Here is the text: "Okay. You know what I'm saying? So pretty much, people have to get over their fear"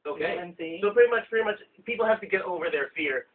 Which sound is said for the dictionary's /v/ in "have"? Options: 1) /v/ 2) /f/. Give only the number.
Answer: 2